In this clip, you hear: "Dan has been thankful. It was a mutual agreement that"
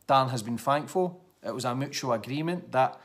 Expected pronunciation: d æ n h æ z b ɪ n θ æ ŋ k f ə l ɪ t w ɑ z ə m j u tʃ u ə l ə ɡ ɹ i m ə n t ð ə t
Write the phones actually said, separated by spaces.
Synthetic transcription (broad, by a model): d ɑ n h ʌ z b ɪ n f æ ŋ k f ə l ɪ t w ɑ z ə m j u tʃ u ə l ə ɡ ɹ i m ə n t ð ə t